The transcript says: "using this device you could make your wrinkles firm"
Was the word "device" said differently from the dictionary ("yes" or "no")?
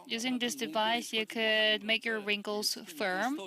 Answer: no